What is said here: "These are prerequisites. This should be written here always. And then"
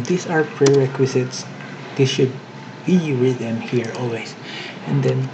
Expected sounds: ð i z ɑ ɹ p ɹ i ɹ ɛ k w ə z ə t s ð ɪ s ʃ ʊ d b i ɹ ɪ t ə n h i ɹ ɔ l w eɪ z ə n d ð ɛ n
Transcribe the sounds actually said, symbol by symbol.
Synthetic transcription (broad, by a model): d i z ɑ ɹ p ɹ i ɹ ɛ k w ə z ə t s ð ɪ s ʃ ʊ d b i w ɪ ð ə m h i ɹ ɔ l w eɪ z ə n d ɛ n